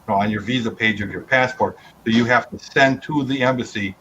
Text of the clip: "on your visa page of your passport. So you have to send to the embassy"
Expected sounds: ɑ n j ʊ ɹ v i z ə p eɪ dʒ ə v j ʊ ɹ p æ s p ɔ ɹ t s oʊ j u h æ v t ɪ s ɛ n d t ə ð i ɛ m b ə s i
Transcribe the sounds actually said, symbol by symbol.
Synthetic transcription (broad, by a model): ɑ n j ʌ ɹ v i z ə p eɪ dʒ ə v j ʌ ɹ p æ s p ɔ ɹ t s oʊ j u h æ f t ɪ s ɛ n t ə ð i ɛ m b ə s i